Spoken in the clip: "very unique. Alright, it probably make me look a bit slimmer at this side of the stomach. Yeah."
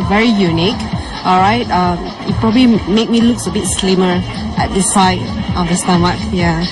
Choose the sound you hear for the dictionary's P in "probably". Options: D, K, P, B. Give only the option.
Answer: P